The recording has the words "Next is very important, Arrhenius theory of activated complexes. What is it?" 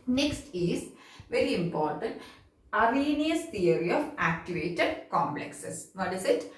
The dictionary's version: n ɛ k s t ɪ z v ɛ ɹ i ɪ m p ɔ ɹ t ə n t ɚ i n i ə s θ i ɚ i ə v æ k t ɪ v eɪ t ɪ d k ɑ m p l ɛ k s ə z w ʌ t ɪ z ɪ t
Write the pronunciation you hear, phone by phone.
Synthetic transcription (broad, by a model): n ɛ k s t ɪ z v ɛ ɹ i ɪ m p ɔ ɹ t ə n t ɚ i n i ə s t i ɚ i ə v æ k t ɪ v eɪ t ɪ d k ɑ m p l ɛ k s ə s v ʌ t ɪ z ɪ t